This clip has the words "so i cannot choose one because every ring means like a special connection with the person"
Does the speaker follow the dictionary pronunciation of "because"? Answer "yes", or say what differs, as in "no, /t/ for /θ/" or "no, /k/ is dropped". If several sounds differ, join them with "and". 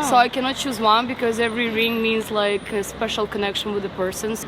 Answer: yes